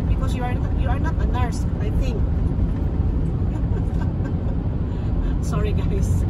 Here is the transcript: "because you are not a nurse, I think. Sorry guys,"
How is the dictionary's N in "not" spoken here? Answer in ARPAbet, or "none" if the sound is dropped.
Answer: N